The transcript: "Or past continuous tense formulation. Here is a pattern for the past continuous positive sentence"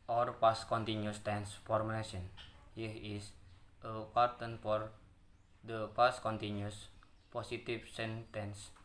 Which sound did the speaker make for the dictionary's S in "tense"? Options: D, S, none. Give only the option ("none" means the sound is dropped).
S